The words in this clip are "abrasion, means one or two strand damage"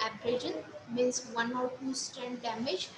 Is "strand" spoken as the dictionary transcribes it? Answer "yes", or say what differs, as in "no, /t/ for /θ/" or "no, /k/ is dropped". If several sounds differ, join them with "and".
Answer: no, /ɹ/ is dropped